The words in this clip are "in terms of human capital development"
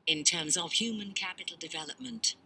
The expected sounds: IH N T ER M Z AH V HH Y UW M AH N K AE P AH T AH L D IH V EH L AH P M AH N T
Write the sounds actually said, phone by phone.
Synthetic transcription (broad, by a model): IH N T ER M Z AH V HH Y UW M AH N K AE P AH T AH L D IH V EH L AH P M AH N T